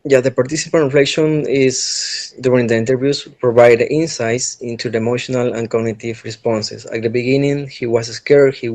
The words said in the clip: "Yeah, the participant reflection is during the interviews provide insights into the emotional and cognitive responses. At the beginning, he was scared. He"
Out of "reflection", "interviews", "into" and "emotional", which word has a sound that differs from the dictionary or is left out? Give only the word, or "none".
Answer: interviews